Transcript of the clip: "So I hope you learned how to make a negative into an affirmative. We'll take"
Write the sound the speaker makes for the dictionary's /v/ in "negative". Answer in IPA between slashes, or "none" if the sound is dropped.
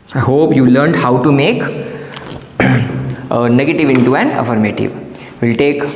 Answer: /v/